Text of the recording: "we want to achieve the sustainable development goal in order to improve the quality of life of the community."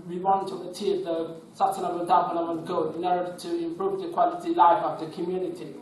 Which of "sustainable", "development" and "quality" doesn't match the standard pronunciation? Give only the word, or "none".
development